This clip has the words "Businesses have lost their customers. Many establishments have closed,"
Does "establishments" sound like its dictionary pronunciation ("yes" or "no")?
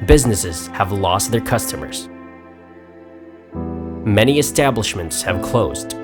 yes